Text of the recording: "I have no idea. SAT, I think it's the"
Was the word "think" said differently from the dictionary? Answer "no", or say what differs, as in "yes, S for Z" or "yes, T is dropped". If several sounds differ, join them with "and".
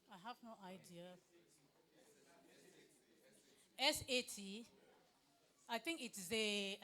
yes, T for TH